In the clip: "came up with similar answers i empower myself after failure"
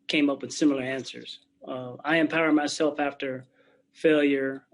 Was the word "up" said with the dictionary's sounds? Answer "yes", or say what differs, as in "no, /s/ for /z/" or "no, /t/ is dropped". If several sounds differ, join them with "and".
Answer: yes